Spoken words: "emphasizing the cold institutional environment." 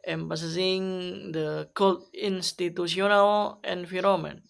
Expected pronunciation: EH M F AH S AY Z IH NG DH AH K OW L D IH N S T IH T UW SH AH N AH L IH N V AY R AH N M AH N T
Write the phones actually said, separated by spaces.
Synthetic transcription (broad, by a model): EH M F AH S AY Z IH NG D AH K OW L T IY N S T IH T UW S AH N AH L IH N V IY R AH M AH N